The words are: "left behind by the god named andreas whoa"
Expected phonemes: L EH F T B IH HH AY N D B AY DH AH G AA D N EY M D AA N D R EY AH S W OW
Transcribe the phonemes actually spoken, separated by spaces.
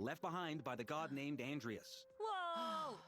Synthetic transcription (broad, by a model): L EH F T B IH HH AY N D B AY DH AH G AA D N EY M D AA N D R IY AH S W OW